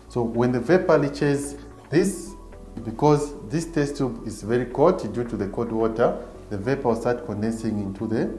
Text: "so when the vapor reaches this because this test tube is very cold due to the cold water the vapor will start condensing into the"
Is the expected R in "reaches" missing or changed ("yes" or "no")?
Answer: yes